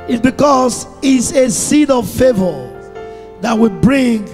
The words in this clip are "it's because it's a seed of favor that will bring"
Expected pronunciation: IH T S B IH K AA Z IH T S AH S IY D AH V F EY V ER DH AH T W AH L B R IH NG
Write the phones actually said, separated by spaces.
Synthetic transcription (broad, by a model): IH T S B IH K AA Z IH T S AH S IY D AH V F EY V ER DH AH T W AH B R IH NG